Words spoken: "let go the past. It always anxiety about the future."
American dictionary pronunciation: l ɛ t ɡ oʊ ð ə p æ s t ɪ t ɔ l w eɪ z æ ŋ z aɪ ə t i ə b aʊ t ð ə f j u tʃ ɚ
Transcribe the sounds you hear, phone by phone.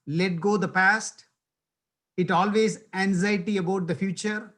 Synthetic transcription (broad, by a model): l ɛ t ɡ oʊ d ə p æ s t ɪ t ɔ l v eɪ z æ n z aɪ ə t i ə b aʊ t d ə f j u tʃ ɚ